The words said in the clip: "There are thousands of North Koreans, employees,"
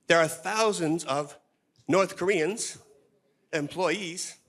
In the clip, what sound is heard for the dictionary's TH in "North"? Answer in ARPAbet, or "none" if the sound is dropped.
TH